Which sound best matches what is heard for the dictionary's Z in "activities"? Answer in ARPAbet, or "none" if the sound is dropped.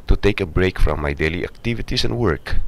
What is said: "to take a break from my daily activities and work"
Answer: S